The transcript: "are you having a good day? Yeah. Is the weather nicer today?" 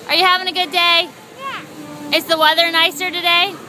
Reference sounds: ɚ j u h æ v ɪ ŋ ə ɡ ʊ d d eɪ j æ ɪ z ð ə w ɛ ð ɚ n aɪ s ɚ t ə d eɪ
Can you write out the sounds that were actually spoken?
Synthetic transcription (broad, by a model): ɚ j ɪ h æ v ɪ ŋ ə ɡ ʊ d d eɪ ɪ ɪ s ð ə w ɛ ð ɚ n aɪ s ɚ t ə d eɪ